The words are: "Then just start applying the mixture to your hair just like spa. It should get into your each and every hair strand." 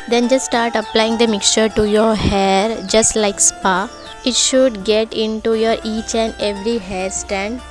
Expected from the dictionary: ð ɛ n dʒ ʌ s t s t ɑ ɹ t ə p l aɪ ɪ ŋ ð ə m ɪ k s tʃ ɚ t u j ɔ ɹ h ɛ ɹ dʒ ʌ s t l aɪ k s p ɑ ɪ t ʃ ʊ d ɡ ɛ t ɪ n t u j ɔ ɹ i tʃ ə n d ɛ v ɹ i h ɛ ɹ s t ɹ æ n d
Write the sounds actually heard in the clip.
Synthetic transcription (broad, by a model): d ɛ n dʒ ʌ s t s t ɑ ɹ t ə p l aɪ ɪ ŋ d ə m ɪ k s tʃ ɚ t u j ɔ ɹ h ɛ ɹ dʒ ʌ s t l aɪ k s p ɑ ɪ t ʃ ʊ d ɡ ɛ t ɪ n t u j ɔ ɹ i tʃ ə n d ɛ v ɹ i h ɛ ɹ s t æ n d